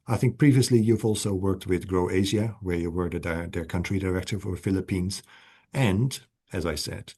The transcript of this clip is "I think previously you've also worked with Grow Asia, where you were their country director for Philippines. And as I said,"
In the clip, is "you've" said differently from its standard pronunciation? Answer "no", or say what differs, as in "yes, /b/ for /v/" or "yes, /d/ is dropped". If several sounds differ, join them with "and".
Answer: no